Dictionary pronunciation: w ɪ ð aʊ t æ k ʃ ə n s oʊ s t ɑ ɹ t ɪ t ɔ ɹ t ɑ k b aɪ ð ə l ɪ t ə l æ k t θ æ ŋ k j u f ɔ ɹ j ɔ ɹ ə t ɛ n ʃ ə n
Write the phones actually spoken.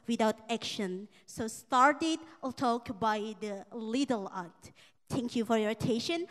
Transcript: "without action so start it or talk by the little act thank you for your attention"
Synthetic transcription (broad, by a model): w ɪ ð aʊ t æ k ʃ ə n s oʊ s t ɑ ɹ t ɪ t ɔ l t ɑ k b aɪ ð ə l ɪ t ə l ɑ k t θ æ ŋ k j u f ɔ ɹ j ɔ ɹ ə t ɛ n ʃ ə n